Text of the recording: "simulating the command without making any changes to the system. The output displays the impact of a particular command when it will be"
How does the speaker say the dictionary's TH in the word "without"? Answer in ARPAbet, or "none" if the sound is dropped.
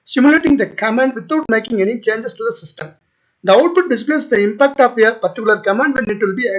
T